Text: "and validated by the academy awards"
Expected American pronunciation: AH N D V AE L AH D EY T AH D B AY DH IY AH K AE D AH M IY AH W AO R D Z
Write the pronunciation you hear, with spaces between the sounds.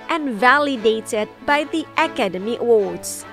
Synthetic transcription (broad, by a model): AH N V AE L AH D EY T AH D B AY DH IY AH K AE D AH M IY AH W AO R D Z